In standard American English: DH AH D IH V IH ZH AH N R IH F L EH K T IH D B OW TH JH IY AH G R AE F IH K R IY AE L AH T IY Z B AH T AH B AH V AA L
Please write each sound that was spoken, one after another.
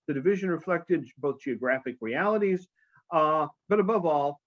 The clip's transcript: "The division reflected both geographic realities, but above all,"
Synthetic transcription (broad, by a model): DH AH D IH V IH ZH AH N R IH F L EH K T IH D B OW TH JH IY AH G R AE F IH K R IY AE L AH T IY Z B AH T AH B AH V AA L